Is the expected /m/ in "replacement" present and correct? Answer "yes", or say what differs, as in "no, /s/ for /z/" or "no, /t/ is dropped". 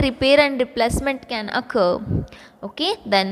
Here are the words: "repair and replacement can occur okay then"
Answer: yes